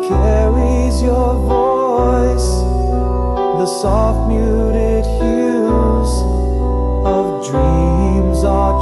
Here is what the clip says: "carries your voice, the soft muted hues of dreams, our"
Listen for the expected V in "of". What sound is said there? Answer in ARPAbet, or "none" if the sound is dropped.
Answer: V